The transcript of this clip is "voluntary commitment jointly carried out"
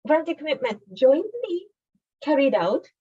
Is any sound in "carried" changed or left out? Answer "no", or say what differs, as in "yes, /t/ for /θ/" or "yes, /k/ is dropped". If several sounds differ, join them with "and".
no